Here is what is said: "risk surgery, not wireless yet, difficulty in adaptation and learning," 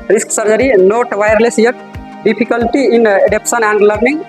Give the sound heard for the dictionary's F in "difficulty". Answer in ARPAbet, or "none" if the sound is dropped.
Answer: P